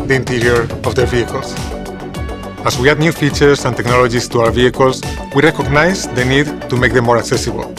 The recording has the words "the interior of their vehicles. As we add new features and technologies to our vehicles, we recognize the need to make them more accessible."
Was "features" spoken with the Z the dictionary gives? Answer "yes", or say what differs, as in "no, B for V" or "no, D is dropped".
no, S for Z